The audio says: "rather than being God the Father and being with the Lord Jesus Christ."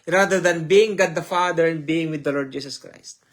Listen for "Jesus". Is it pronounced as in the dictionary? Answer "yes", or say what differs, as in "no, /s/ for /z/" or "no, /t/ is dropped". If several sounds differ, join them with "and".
no, /s/ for /z/